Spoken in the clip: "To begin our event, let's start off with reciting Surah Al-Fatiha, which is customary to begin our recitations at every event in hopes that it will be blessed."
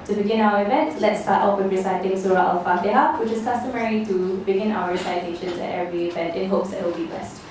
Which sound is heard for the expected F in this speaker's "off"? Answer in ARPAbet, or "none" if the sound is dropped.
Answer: P